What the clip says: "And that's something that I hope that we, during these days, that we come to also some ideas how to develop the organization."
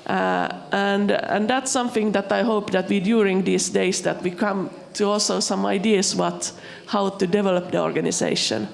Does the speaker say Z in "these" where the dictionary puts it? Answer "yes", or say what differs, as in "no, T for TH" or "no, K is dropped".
no, S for Z